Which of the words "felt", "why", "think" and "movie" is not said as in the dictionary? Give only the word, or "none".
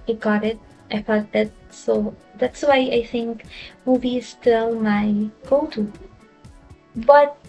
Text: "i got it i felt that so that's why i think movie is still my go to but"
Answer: felt